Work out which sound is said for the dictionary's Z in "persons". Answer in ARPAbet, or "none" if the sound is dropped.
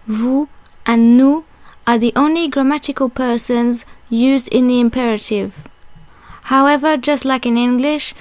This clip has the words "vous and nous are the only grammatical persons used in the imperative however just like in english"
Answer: Z